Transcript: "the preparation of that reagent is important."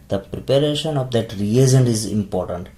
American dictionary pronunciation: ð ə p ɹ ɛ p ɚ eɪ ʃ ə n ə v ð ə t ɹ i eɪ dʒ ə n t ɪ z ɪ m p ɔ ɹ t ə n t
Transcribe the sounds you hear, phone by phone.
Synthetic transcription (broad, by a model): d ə p ɹ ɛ p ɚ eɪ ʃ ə n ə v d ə t ɹ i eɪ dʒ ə n ɪ z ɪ m p ɔ ɹ t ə n t